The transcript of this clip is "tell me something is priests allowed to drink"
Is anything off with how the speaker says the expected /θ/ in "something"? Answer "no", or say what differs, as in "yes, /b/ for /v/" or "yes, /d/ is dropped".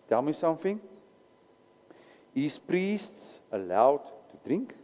yes, /f/ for /θ/